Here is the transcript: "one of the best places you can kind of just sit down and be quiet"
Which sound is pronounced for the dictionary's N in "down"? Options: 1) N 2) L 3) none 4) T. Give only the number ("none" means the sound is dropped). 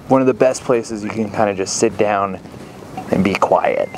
1